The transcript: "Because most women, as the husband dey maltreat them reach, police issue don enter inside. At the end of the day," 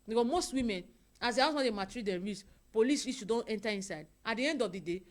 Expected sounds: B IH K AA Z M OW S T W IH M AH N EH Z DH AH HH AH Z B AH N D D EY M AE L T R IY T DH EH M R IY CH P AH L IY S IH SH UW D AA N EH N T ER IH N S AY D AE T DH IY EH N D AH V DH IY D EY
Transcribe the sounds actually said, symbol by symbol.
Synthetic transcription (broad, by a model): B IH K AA M OW S T W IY M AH N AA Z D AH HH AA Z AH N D D EY M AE T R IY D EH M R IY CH P AH L IY S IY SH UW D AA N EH N T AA IH N S AY D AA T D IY EH N D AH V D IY D EY